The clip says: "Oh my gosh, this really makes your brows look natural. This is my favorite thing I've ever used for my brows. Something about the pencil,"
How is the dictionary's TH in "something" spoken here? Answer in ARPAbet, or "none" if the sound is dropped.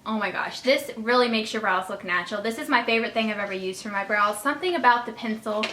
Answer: TH